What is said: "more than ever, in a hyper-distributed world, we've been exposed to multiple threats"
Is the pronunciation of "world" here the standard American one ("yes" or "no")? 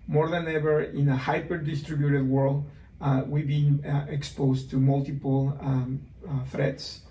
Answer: yes